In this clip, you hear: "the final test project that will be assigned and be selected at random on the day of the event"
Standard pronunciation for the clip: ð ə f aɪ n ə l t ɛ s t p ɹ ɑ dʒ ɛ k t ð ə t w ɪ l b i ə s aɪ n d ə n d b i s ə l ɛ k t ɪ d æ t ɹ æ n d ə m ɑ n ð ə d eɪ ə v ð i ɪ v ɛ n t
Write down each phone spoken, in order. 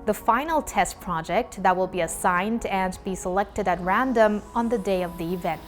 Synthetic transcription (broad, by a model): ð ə f aɪ n l t ɛ s t p ɹ ɑ dʒ ɛ k t ð ə t w ɪ l b i ə s aɪ n d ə n b i s ə l ɛ k t ɪ d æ t ɹ æ n d ə m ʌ n ð ə d eɪ ə v ð i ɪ v ɛ n t